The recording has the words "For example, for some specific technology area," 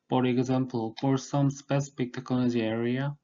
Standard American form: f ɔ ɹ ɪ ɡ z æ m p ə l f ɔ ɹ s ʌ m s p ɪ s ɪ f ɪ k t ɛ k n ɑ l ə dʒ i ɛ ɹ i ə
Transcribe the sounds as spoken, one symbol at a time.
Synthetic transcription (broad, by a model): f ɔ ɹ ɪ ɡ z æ m p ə l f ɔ ɹ s ʌ m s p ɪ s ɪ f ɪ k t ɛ k ɑ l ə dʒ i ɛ ɹ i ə